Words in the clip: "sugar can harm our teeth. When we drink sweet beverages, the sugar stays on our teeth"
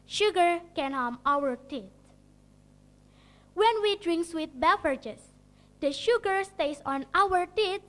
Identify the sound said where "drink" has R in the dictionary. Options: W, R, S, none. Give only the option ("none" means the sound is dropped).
R